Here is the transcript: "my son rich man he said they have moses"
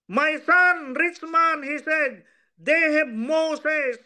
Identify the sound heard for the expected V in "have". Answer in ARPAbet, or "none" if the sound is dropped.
B